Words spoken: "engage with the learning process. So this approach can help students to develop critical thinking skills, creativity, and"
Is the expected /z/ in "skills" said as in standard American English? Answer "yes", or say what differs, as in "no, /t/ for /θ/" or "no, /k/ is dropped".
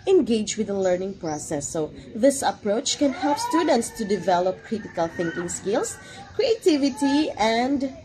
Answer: no, /s/ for /z/